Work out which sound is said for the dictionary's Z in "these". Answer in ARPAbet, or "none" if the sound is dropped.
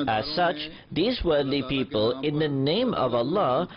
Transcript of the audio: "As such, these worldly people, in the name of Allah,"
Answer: Z